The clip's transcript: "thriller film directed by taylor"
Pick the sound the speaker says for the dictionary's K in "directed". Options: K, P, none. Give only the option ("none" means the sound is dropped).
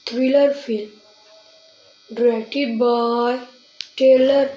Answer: none